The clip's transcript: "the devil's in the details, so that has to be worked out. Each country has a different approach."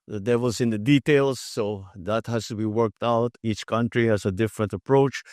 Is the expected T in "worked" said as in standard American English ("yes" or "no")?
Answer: yes